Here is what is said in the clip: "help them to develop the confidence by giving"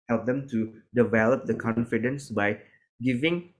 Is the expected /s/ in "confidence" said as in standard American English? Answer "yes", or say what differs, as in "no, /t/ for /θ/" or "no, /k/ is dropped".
yes